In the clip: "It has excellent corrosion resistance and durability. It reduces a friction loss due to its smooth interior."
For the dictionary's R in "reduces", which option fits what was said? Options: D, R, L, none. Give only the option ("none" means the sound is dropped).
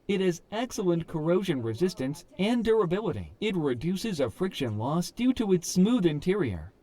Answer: R